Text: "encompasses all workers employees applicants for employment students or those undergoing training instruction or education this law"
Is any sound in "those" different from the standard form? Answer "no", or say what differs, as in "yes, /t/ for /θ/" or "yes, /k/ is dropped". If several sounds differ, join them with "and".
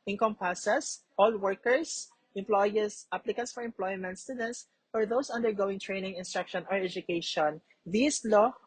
yes, /s/ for /z/